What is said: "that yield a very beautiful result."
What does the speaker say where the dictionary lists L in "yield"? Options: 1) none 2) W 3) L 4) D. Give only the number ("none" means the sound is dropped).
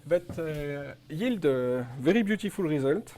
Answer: 3